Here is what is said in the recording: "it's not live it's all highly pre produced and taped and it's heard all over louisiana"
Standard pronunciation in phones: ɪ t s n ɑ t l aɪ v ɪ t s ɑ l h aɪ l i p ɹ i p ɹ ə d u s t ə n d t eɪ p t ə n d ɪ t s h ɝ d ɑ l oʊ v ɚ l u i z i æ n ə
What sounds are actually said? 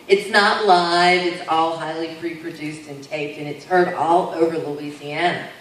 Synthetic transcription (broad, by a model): ɪ t s n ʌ t l aɪ v ɪ t s ɑ l h aɪ l i p ɹ i p ɹ ə d u s t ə n t eɪ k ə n ɪ t s h ɝ d ɑ l oʊ v ɚ l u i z i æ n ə